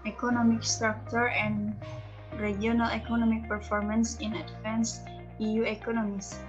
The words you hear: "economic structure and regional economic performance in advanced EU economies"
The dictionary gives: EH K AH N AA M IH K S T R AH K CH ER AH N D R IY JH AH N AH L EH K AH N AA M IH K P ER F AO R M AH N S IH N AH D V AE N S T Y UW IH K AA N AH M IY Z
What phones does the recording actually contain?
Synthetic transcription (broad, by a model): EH K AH N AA M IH K S T R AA K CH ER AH N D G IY AH N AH L EH K AH N AA M IH K P ER F AO R M AH N S IH N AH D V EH N S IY Y UW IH K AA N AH M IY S